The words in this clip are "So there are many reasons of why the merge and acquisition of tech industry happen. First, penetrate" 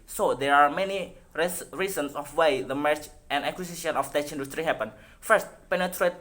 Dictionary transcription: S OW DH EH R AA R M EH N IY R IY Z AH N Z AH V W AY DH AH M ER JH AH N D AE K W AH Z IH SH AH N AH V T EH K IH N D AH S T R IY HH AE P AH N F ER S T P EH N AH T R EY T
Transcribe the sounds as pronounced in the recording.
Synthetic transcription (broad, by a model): S OW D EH R AA R M EH N IY R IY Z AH N S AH F W AY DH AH M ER CH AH N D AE K W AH S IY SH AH N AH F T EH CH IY N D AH S T R IY HH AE P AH N F ER S T P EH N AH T R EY T